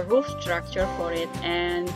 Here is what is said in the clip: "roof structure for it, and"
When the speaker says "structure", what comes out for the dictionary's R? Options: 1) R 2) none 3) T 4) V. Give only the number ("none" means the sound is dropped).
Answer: 1